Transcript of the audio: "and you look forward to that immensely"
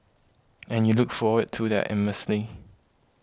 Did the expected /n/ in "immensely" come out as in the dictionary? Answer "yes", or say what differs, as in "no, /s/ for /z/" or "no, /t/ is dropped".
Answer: no, /n/ is dropped